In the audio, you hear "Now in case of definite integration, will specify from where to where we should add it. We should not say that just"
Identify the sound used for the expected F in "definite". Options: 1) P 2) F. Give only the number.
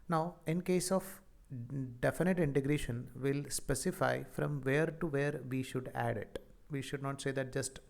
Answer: 2